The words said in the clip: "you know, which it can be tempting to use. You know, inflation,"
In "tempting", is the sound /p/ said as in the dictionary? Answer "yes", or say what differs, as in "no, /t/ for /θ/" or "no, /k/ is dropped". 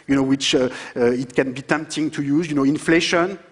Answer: yes